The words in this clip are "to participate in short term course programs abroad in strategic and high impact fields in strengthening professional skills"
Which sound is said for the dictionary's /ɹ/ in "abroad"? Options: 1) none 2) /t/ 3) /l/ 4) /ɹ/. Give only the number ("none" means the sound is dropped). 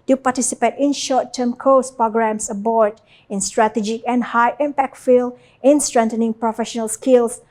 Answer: 1